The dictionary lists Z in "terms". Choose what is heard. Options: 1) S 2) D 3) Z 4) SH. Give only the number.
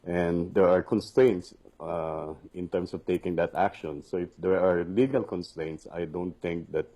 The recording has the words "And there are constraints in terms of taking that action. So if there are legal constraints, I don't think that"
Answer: 1